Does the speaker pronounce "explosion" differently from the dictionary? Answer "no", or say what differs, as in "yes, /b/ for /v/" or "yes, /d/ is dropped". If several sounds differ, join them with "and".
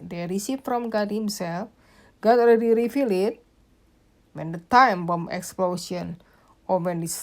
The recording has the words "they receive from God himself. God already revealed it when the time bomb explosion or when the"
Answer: yes, /s/ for /ʒ/